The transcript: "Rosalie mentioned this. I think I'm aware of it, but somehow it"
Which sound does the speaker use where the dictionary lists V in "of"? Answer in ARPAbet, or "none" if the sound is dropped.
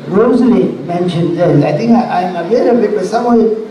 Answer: B